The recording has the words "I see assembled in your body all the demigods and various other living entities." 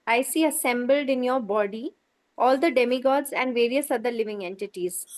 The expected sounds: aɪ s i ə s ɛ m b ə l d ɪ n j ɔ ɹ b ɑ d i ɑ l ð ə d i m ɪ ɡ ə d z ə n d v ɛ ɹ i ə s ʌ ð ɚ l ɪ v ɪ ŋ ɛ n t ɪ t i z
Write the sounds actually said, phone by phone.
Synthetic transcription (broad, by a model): aɪ s i ə s ɛ m b ə l d ɪ n j ɔ ɹ b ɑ d i ɑ l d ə d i m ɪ ɡ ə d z ə n d v ɛ ɹ i ə s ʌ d ɚ l ɪ v ɪ ŋ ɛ n t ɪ t i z